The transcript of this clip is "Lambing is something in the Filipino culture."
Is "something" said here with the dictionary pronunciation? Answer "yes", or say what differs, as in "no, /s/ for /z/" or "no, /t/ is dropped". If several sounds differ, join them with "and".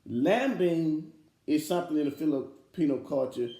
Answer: yes